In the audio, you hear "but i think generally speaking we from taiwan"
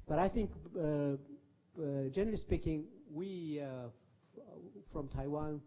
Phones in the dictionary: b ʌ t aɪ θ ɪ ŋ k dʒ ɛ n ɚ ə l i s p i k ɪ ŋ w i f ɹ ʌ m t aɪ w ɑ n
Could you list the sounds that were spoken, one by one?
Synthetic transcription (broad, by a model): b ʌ t aɪ θ ɪ ŋ k dʒ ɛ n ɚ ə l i s p i k ɪ ŋ w i f ɹ ʌ m t aɪ w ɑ n